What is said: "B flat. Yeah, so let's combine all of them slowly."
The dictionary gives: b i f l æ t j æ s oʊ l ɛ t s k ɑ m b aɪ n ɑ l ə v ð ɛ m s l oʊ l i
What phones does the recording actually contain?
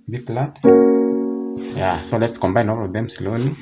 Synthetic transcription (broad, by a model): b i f l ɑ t j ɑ s oʊ l ɛ t s k ɑ m b aɪ n ɑ l ə v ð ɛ m s l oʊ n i